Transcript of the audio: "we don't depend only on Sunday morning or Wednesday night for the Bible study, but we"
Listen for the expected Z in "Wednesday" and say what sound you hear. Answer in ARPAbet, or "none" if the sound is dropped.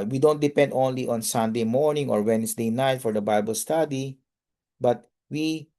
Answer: S